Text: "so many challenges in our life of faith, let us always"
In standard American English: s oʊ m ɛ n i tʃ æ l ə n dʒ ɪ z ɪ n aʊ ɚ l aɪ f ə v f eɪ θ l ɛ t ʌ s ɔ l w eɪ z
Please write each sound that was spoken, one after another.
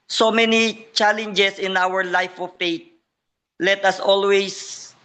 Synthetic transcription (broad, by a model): s oʊ m ɛ n i tʃ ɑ l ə n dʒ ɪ s ɪ n aʊ ɚ l aɪ f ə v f eɪ t l ɛ t ʌ s ɔ l w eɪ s